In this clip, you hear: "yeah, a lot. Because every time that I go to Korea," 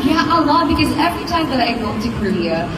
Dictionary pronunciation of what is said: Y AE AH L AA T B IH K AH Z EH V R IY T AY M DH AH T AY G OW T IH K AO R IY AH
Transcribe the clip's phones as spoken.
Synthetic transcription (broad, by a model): Y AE AH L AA B IH K AH Z EH V R IY T AY M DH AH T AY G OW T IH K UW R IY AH